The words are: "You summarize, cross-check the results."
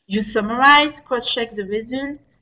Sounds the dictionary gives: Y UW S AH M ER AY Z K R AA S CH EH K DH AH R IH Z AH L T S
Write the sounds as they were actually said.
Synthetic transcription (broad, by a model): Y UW S AH M ER AY Z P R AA CH EH K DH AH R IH Z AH L T